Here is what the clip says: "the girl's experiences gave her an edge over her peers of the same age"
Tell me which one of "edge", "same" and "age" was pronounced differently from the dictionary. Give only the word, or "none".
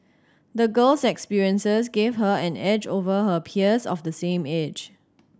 none